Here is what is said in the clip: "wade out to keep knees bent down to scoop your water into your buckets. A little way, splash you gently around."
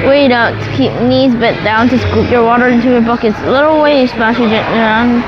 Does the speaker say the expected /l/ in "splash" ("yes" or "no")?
no